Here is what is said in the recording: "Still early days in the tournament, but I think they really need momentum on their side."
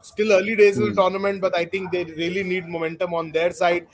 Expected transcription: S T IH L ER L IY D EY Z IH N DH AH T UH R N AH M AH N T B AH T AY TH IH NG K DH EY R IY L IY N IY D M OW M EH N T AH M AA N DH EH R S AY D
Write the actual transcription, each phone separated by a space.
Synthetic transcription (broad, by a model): S T IH L ER L IY D EY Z IH N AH T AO R N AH M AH N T B AH T AY T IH NG K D EY R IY L IY N IY D M OW M EH N T AH M AA N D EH R S AY D